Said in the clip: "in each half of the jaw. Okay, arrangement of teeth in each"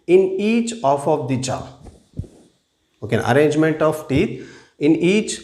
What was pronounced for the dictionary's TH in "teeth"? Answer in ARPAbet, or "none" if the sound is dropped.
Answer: T